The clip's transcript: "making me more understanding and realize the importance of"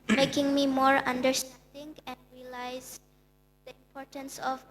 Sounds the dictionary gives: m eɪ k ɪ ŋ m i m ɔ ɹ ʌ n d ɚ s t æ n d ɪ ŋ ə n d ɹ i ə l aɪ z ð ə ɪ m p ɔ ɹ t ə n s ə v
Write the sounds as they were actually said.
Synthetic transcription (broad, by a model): m eɪ k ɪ ŋ m i m ɔ ɹ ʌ n d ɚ s t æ n d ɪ ŋ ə n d ɹ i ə l aɪ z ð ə ɪ m p ɔ ɹ t ə n s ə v